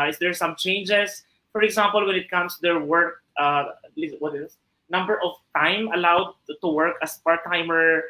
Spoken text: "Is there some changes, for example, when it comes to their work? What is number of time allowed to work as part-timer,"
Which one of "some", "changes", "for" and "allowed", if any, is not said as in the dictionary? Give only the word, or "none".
changes